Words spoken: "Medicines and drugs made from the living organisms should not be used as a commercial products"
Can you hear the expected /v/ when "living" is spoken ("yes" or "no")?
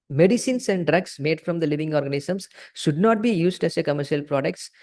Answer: yes